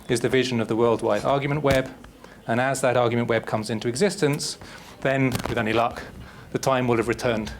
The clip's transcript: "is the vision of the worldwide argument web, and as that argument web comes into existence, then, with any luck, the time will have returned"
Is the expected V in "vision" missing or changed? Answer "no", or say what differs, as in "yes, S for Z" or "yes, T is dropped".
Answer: no